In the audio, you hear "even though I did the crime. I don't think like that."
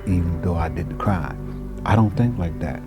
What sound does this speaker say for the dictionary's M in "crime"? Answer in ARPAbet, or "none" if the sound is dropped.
none